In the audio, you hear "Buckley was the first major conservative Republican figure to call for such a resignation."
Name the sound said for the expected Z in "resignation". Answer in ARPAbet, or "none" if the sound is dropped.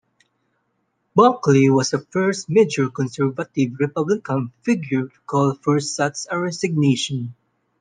S